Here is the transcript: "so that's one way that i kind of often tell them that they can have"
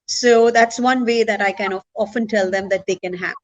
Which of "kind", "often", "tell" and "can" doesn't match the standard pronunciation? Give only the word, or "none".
kind